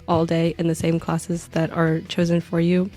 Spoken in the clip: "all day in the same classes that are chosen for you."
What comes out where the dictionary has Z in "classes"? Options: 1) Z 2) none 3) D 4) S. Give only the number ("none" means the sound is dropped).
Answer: 1